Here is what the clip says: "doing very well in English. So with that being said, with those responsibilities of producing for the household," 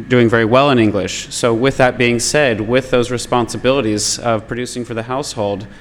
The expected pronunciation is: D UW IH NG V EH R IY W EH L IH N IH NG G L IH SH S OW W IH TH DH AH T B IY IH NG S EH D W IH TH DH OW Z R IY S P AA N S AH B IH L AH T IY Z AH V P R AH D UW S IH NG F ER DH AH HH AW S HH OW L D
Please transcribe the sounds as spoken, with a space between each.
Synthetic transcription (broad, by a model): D UW IH NG V EH R IY W EH L IH N IH NG G L IH SH S OW W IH DH AH T B IY IH NG S EH D W IH DH OW Z R IY S P AA N S AH B IH L AH T IY Z AH V P R AH D UW S IH NG F ER DH AH HH AW S HH OW L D